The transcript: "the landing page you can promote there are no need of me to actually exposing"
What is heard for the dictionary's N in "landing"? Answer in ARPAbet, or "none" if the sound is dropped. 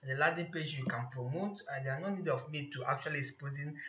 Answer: none